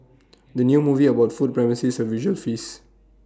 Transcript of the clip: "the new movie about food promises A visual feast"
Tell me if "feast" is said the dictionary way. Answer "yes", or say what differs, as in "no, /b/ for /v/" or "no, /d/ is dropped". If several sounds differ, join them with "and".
no, /t/ is dropped